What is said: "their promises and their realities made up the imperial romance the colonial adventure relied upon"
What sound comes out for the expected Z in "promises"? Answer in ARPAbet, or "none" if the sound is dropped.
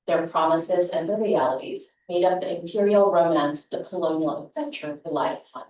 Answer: Z